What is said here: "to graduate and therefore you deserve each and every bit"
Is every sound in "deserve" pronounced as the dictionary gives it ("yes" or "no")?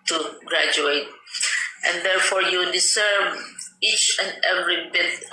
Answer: no